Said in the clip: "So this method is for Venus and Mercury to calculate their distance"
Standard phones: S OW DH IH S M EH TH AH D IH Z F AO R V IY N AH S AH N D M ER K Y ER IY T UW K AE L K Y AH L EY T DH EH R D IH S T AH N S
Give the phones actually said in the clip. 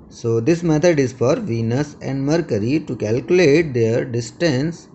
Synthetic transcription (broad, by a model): S OW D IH S M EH T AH D IH Z F AO R V IY N AH S AH N D M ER K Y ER IY T UW K AE L K Y AH L EY T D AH R D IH S T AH N S